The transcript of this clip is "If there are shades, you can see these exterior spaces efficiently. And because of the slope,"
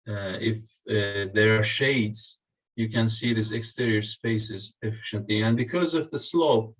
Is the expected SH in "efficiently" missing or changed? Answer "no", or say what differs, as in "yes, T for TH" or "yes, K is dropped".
no